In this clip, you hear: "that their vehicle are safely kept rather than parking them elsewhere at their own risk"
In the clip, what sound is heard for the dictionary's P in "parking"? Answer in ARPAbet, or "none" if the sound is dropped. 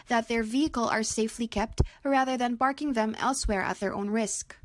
B